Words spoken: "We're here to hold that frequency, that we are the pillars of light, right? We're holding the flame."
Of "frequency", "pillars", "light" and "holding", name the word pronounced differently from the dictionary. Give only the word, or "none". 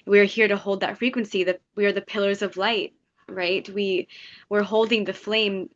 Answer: none